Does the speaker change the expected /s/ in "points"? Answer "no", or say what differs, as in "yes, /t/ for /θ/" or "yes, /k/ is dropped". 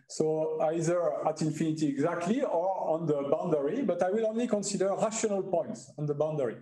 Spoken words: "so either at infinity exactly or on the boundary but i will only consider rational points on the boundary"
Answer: no